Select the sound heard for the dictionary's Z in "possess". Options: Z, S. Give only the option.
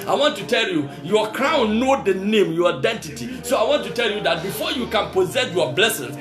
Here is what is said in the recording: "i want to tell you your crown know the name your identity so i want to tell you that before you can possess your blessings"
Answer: Z